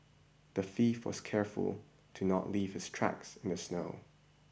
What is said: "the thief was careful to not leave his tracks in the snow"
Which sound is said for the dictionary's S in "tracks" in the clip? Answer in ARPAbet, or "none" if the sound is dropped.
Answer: S